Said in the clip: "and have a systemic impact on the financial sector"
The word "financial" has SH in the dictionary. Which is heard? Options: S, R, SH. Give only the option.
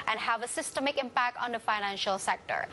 SH